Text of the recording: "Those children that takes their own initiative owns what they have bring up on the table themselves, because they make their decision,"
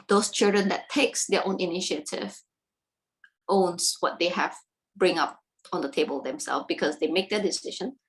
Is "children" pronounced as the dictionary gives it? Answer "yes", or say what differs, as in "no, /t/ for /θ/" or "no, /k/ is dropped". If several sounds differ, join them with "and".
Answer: yes